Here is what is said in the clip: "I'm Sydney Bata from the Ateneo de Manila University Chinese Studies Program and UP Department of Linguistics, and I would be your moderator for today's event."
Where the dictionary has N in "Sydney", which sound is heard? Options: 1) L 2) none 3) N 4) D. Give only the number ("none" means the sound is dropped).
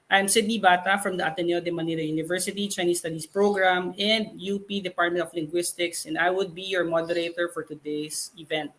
3